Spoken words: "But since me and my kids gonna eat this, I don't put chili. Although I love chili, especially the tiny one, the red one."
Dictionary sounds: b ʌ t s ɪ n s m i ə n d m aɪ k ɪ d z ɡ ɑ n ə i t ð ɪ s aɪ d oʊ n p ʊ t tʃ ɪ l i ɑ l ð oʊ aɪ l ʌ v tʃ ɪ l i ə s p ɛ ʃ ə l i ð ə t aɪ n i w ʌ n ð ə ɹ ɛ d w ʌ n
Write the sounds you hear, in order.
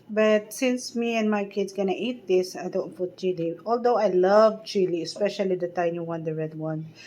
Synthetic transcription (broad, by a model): b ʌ t s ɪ n s m i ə n m aɪ k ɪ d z ɡ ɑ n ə i t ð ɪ s aɪ d oʊ n f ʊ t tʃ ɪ l i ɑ l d oʊ aɪ l ʌ v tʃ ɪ l i ə s p ɛ ʃ ə l i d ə t aɪ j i w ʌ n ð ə ɹ ɛ d w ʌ n